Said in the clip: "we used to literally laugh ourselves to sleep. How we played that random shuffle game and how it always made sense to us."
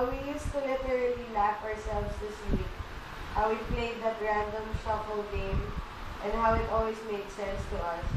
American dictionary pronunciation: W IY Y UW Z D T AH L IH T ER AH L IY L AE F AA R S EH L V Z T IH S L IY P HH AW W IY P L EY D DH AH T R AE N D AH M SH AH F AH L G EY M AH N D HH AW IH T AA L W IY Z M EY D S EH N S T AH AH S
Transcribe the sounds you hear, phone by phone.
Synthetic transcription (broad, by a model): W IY Y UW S T AH L IH T ER AH L IY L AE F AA R S EH L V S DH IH S W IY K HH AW W IY P L EY D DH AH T R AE N D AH M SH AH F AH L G EY M AH N D HH AW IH T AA L W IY S M EY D S EH N S T AH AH S